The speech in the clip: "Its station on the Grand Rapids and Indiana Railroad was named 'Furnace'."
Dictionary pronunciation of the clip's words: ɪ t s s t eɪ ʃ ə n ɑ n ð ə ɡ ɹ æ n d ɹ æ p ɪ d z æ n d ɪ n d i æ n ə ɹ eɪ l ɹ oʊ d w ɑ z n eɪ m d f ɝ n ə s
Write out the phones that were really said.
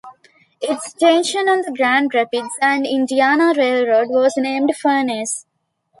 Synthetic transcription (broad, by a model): ɪ t s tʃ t eɪ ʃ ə n ɑ n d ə ɡ ɹ æ n d ɹ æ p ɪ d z æ n d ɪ n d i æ n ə ɹ eɪ l ɹ oʊ d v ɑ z n eɪ m d f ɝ n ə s